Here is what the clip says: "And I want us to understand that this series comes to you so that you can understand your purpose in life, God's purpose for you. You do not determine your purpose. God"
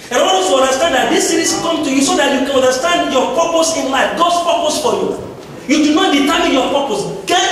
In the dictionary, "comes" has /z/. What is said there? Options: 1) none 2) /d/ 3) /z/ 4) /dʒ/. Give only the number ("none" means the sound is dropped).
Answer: 1